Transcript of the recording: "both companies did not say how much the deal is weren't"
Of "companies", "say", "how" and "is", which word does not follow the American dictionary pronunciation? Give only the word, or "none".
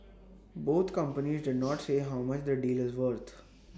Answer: none